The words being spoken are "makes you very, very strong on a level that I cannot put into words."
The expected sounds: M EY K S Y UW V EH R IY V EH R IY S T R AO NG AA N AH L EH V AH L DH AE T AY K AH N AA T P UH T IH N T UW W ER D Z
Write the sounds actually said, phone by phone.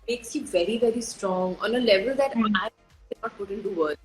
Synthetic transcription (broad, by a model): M EY K S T V EH R IY V EH R IY S T R AO NG AA N AH L EH V AH L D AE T AY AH AA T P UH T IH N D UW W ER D